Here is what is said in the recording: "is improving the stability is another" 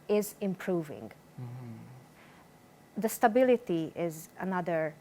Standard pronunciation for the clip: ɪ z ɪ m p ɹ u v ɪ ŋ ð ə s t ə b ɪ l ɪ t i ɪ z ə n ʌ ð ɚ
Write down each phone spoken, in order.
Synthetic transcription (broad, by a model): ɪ z ɪ m p ɹ u v ɪ ŋ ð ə s t ə b ɪ l ɪ t i ɪ z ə n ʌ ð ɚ